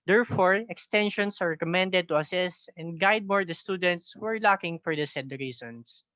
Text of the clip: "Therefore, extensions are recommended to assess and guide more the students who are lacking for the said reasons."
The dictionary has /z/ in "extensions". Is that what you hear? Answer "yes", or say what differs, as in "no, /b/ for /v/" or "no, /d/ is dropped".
no, /s/ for /z/